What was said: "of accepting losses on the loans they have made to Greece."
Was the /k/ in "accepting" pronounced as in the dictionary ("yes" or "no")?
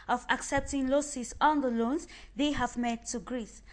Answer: yes